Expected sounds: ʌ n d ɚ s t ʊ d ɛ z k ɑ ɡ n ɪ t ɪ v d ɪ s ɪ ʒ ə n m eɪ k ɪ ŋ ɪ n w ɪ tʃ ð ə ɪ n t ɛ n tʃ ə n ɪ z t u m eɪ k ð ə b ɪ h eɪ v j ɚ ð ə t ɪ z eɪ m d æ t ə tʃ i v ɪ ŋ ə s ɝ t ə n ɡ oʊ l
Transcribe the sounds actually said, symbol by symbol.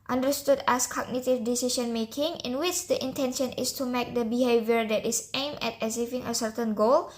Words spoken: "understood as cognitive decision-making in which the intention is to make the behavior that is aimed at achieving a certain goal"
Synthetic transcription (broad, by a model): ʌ n d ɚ s t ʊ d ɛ s k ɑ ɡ n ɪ t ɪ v d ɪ s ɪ ʃ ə n m eɪ k ɪ ŋ ɪ n w ɪ tʃ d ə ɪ n t ɛ n ʃ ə n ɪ s t u m eɪ k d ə b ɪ h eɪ v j ɚ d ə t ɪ s eɪ m ɛ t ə s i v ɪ ŋ ə s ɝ t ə n ɡ oʊ l